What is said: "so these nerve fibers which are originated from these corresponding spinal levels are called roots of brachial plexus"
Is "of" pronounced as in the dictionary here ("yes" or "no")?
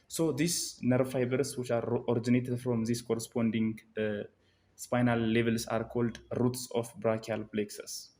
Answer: no